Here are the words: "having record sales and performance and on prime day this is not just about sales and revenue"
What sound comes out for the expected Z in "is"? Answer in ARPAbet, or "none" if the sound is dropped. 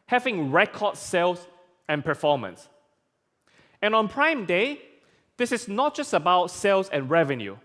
S